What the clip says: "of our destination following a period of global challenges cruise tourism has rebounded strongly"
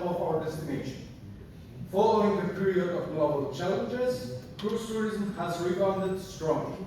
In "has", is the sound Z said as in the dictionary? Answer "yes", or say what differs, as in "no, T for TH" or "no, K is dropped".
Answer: yes